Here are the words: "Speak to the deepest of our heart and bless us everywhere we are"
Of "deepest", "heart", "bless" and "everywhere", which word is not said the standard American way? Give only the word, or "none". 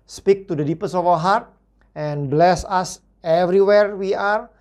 deepest